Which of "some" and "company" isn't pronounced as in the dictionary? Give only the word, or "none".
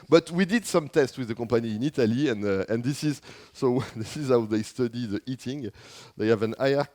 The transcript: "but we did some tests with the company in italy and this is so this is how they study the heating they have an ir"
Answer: company